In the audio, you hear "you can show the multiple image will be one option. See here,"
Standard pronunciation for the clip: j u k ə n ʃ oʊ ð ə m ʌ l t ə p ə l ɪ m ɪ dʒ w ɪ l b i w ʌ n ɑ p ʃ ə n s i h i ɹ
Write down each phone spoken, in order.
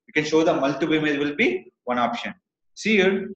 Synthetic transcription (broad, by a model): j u k ə n ʃ oʊ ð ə m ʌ l t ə b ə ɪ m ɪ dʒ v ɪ l b i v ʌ n ɑ p ʃ ə n s i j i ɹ